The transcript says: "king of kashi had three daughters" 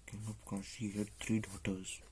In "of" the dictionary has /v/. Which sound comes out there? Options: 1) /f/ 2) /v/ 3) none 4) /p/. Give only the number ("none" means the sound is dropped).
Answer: 4